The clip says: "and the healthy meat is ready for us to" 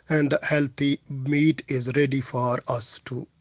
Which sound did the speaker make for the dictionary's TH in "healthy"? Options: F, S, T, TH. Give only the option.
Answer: T